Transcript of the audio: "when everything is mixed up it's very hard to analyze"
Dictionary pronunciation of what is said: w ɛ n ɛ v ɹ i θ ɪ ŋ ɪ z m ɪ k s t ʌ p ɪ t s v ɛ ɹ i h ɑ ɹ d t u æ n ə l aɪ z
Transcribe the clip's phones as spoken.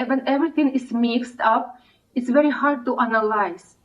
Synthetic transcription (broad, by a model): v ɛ n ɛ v ɹ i t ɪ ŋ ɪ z m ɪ k s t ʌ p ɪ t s v ɛ ɹ i h ɑ ɹ d t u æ n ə l aɪ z